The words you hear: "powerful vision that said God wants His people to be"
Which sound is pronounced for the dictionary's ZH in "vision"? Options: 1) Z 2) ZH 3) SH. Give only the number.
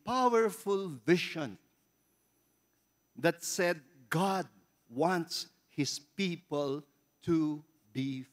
3